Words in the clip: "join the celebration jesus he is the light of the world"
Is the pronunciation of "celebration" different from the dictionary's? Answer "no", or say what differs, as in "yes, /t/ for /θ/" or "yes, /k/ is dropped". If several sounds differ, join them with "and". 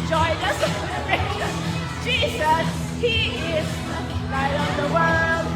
yes, /b/ is dropped